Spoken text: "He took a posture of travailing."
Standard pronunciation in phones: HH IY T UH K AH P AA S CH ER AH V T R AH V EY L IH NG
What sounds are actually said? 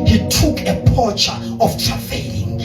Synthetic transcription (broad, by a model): HH IY T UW K AH P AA CH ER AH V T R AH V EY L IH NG